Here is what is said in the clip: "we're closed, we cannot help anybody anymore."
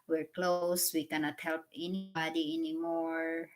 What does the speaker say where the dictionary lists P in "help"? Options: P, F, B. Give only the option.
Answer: P